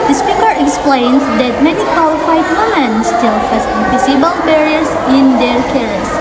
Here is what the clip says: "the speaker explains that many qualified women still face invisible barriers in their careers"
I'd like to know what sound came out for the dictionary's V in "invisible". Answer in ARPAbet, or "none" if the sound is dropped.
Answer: P